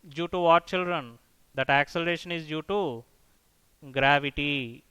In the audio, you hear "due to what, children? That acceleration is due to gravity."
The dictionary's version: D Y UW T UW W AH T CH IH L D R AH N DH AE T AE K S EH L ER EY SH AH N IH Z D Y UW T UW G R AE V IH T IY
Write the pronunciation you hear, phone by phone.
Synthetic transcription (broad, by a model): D Y UW T UW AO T CH IH L D R AH N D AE T AE K S EH L ER EY SH AH N IH Z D Y UW T UW G R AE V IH T IY